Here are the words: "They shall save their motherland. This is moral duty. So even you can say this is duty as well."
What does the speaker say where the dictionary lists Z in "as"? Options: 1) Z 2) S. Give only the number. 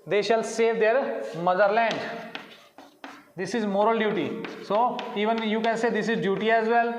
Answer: 1